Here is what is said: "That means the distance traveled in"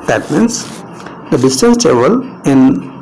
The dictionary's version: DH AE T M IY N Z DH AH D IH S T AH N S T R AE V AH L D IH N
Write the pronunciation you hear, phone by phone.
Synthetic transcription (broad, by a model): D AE T M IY N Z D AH D IH S T AH N S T EH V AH L IH N